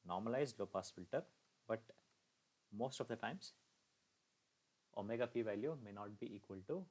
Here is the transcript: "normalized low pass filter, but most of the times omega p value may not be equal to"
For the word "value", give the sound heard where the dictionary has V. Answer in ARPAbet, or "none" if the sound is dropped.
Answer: V